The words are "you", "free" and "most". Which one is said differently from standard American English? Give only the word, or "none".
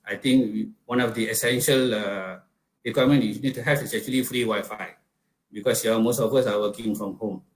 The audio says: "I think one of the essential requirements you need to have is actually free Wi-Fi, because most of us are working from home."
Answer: none